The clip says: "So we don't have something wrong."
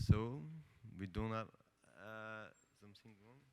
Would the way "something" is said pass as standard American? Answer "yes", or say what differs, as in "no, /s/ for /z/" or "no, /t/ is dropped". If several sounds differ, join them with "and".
no, /t/ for /θ/